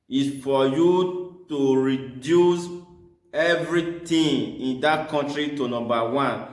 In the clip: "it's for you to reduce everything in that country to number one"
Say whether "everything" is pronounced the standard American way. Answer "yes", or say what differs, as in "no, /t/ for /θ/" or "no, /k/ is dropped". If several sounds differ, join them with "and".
no, /t/ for /θ/